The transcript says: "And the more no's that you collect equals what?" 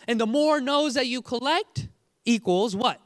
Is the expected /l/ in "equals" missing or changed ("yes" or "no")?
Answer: no